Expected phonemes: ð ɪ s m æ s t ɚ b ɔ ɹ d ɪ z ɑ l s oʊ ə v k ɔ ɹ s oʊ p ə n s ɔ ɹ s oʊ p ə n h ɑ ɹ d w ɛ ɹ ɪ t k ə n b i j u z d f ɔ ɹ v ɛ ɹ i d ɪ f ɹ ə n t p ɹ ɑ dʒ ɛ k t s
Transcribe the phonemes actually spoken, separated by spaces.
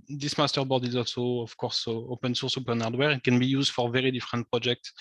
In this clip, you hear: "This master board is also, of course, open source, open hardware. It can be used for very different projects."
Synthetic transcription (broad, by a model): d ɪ s m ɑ s t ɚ b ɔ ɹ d ɪ z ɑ s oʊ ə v k ɔ ɹ s oʊ p ə n s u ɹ s oʊ p ə n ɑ ɹ d w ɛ ɹ ɪ t k ə n b i j u z d f ɔ ɹ v ɛ ɹ i d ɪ f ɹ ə n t p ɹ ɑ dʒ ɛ k t s